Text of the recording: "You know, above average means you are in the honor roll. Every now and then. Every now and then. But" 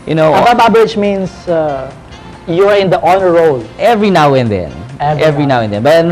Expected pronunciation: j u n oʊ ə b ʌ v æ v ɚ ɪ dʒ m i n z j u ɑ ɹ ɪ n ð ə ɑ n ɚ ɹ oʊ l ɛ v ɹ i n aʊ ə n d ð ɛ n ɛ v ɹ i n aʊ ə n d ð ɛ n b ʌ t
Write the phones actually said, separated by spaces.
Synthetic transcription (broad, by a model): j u n oʊ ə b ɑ b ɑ b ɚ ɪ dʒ m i n s j u ɑ ɹ ɪ n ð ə ɑ n ɚ ɹ oʊ l ɛ v ɹ i n aʊ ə n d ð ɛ n ɛ v ɹ i n aʊ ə n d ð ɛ n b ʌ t